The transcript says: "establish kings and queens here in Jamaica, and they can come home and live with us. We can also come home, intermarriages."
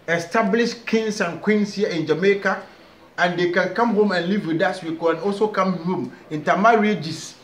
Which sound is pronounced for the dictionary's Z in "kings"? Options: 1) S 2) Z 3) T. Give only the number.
1